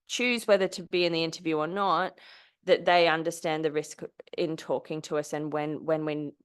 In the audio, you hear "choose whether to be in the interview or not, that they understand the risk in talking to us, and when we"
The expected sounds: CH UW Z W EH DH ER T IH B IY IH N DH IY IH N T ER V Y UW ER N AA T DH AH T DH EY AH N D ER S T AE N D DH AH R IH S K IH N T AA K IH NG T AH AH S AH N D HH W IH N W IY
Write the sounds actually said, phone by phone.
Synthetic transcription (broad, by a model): CH UW Z W EH DH ER T IH B IY IH N DH IY IH N T ER V Y UW ER N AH T DH AH T DH EY AH N D ER S T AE N DH AH R IH S K IH N T AA K IH NG T AH AH S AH N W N W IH N W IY